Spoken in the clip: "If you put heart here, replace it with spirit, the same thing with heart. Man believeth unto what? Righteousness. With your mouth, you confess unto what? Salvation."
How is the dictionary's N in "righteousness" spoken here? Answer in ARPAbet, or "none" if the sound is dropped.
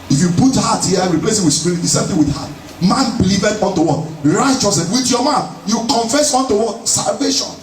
none